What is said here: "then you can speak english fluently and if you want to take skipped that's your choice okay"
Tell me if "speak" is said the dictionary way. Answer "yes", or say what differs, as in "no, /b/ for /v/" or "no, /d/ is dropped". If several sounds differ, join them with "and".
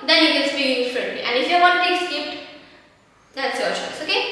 no, /k/ is dropped